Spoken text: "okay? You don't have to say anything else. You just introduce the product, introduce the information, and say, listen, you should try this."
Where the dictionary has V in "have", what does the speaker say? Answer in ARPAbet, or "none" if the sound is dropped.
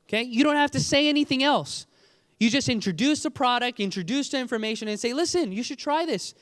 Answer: F